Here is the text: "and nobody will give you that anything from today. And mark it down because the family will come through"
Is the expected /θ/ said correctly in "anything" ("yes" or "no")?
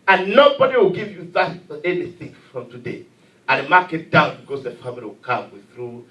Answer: no